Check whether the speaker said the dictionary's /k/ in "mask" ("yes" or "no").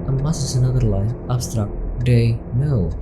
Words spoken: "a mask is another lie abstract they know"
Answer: no